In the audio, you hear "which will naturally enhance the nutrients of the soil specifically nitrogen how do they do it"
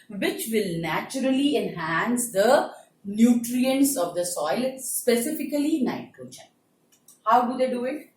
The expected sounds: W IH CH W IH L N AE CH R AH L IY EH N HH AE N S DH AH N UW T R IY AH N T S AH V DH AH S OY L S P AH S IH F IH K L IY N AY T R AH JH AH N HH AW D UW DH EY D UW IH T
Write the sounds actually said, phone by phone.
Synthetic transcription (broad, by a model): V IH CH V IH L N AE CH R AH L IY EH N HH AE N S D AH N UW T R IY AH N T S AH V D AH S OY L S P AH S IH F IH K L IY N AY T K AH CH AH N HH AW D UW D EY D UW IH T